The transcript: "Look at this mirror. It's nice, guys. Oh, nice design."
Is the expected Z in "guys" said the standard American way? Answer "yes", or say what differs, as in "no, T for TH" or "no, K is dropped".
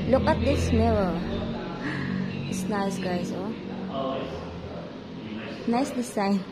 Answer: no, S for Z